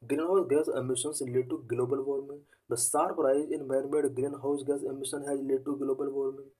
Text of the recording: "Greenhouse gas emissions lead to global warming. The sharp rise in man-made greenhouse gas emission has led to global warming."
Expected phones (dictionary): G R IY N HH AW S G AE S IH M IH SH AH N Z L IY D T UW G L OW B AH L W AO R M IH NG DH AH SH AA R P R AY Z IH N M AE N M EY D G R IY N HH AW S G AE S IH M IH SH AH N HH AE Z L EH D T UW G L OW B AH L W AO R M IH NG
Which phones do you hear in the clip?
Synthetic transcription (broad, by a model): G R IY N HH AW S G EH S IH M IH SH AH N S L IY T UW G L OW B AH L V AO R M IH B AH S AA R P R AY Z IH N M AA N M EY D G R IY N HH AW S G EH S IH M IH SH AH N HH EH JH L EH T UW G L OW B AH L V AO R M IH